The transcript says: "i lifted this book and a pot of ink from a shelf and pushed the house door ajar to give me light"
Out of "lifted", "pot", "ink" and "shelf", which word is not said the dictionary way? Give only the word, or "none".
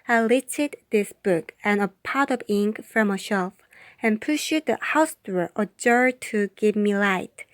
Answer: lifted